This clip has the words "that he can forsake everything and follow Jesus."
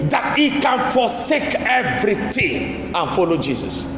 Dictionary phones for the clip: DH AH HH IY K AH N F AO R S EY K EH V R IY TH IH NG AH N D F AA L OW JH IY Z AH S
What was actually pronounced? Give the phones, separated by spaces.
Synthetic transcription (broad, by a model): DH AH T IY K AH N F AO S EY K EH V R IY T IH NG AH N F AA L OW JH IY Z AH S